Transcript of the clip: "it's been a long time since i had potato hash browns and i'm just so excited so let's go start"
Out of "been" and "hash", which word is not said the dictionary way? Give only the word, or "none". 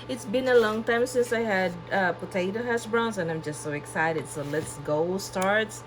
hash